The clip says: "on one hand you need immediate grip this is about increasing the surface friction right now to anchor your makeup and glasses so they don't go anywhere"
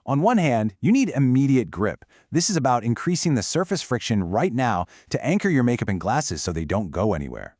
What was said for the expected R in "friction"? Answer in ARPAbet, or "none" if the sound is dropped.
R